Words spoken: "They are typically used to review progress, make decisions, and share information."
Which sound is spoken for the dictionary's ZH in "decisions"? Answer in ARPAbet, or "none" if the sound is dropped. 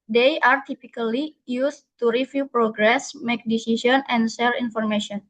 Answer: S